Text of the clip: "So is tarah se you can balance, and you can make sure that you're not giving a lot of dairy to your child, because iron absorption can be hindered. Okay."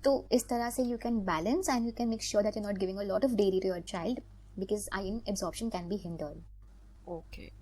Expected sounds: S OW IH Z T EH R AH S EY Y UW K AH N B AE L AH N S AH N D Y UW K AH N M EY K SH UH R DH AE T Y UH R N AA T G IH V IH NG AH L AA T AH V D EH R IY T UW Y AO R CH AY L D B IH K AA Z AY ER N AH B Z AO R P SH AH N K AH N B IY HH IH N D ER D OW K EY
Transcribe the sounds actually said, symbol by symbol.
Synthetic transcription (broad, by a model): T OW IH S T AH R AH S EY Y UW K AH N B AE L AH N S AH N D Y UW K AH N M EY K SH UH R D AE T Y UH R N AA T G IH V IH NG AH L AA T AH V D EH R IY T UW Y AO R CH AY L D B IH K AA Z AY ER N AH B Z AO R P SH AH N K AH N B IY HH IH N D ER D OW K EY